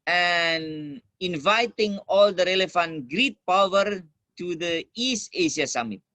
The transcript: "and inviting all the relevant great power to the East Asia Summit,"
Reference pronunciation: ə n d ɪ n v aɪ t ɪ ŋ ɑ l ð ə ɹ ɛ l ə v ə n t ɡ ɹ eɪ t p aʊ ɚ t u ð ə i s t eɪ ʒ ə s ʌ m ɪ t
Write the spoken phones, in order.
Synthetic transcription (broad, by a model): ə n ɪ n v aɪ t ɪ ŋ ɑ l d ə ɹ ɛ l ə f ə n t ɡ ɹ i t p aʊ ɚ t u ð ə i s t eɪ s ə s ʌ m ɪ t